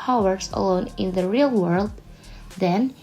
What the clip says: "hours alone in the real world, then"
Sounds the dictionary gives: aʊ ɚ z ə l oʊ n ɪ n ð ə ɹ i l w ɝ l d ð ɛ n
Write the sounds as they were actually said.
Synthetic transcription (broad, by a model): aʊ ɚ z ə l oʊ n ɪ n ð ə ɹ i l w ɝ l d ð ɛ n